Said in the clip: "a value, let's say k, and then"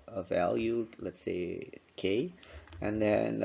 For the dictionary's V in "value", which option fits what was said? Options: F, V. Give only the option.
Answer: V